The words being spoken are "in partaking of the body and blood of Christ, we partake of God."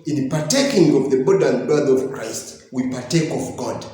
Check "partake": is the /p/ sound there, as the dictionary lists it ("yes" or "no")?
yes